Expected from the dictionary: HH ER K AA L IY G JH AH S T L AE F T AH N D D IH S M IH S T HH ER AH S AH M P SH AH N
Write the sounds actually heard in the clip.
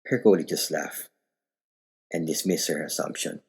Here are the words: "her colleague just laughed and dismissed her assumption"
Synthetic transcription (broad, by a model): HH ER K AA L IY JH AH S T L AE F T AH N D D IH S M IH S HH ER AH S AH M P SH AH N